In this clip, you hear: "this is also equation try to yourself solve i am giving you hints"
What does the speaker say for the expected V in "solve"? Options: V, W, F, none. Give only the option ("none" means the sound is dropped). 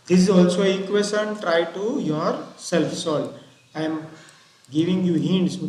none